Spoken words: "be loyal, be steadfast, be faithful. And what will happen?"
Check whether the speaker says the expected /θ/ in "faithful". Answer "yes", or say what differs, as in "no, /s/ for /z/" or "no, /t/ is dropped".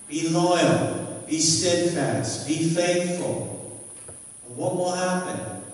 yes